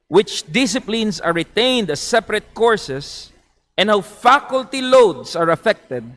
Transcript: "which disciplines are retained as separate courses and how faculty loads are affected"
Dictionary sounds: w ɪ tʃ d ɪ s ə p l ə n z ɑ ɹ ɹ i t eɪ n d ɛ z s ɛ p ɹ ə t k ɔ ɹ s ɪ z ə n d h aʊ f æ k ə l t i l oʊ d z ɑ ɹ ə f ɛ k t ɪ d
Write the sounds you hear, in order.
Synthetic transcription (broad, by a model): w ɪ tʃ d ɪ s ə p l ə n s ɑ ɹ ɹ i t eɪ n d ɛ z s ɛ p ɹ ə t k ɔ ɹ s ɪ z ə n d h aʊ f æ k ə l t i l oʊ d s ɑ ɹ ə f ɛ k t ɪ d